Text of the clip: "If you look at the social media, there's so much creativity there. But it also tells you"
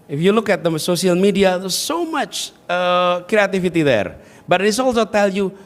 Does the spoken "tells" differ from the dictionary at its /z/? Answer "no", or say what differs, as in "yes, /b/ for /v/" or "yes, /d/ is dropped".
yes, /z/ is dropped